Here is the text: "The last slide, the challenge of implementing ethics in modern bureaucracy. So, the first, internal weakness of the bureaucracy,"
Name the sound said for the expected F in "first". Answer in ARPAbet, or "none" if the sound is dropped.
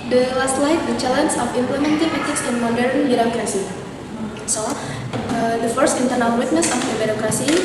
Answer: F